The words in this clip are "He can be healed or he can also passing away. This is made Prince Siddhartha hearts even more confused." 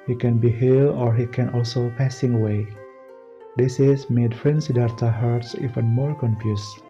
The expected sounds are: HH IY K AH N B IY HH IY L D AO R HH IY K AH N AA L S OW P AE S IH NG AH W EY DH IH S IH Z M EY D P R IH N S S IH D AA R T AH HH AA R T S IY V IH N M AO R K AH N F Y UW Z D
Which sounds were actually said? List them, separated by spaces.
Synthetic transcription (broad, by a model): HH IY K AH N B IY HH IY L AO R HH IY K AH N AA L S OW P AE S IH NG AH W EY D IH S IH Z M EY D F R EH N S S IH D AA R T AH HH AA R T S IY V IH N M AO R K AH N F Y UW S